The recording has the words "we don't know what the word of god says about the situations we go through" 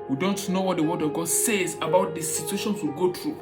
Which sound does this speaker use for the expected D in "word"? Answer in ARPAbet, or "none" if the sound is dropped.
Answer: D